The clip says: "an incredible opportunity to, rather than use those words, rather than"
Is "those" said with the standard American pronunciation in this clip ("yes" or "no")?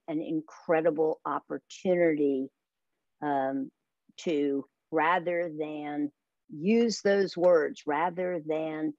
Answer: yes